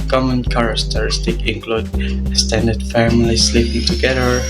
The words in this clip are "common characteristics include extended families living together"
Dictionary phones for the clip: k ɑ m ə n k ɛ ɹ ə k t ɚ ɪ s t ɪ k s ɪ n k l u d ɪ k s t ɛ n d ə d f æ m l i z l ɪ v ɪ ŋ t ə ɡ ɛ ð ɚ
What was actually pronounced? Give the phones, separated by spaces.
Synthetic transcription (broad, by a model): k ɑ m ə n k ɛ ɹ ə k t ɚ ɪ s t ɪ k ɪ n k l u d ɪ s t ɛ n d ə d f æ m l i s l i p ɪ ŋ t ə ɡ ɛ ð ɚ